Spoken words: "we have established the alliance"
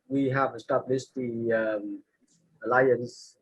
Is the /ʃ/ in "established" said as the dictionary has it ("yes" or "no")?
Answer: no